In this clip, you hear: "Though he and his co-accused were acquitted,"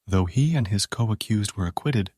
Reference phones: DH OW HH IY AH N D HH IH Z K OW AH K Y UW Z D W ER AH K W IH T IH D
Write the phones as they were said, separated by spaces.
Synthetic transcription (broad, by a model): DH OW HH IY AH N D IH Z K OW AH K Y UW Z D W ER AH K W IH T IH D